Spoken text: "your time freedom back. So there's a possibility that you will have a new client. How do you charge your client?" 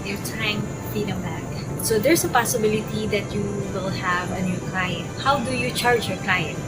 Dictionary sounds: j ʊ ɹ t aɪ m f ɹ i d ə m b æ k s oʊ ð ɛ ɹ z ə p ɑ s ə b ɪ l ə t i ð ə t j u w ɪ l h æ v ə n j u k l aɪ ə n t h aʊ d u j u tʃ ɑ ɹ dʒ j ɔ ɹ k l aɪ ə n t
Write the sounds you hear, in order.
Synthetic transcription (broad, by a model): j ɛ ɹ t aɪ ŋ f i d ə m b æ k s oʊ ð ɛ ɹ s ə p ɑ s ə b ɪ l ə t i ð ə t j u w ɪ l h æ v ə n j u k l aɪ ə n t h aʊ d u j u tʃ ɑ ɹ dʒ j ɔ ɹ k l aɪ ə n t